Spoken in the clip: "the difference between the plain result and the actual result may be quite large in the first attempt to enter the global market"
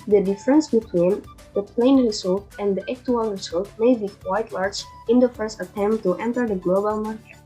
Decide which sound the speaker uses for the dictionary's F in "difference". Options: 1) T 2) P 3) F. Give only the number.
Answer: 3